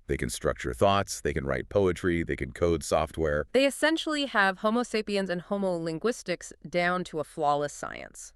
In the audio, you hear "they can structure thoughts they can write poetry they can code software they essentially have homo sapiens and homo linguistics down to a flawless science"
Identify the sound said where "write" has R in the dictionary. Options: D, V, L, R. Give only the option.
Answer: R